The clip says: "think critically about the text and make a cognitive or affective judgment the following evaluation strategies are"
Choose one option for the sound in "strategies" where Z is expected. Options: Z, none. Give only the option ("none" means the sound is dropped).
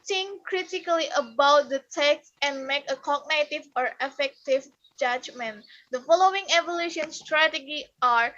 none